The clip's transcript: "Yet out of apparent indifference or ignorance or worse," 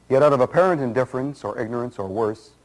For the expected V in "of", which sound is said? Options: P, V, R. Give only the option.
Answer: V